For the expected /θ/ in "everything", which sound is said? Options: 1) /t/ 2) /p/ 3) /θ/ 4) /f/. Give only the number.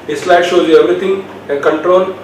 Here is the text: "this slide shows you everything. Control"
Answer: 1